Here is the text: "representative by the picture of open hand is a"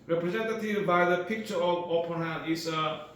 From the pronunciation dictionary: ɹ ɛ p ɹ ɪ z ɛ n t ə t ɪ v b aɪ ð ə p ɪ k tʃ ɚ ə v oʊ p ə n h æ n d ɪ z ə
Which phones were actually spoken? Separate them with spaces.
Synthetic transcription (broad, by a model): ɹ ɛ p ɹ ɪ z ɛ n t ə t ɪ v b aɪ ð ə p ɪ k tʃ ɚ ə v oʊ p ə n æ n ɪ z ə